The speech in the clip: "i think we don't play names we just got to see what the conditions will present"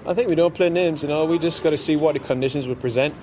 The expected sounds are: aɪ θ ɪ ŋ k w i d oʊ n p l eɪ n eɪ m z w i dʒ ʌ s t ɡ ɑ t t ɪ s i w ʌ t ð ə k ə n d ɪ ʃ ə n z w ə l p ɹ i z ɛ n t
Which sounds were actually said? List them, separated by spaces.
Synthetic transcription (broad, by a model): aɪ θ ɪ ŋ k w i d oʊ n p l eɪ n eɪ m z w i dʒ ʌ s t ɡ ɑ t t ɪ s i w ʌ t ð ə k ə n d ɪ ʃ ə n z w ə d p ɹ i z ɛ n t